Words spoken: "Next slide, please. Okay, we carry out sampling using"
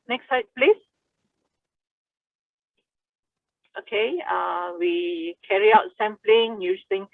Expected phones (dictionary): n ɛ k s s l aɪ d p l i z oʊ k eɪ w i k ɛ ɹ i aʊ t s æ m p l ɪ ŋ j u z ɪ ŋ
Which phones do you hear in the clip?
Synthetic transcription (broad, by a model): n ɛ k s s aɪ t p l i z oʊ k eɪ w i k ɛ ɹ i aʊ t s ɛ m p l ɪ ŋ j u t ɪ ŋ